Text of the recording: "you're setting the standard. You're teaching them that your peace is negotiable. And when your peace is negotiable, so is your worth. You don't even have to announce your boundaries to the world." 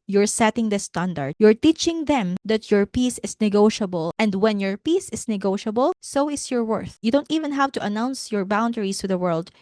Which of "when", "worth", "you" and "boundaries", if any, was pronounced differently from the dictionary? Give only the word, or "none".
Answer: boundaries